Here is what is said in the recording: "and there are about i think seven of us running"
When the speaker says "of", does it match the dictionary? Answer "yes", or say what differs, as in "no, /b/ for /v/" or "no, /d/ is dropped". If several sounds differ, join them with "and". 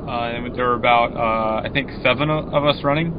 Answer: yes